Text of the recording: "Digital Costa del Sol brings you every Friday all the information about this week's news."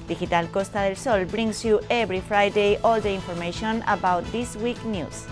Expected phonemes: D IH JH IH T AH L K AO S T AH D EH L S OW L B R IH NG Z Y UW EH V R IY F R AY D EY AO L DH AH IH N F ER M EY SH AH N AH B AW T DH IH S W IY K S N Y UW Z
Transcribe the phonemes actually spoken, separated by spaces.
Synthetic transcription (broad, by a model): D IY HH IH T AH L K AO S T AH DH EH L S OW L B R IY NG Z Y UW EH B R IY F R AY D EY AO L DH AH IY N F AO M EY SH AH N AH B AW T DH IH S W IY K N Y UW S